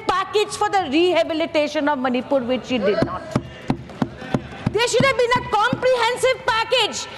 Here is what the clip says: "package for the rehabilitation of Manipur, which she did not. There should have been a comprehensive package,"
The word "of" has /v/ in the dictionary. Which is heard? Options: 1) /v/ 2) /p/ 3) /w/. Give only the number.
1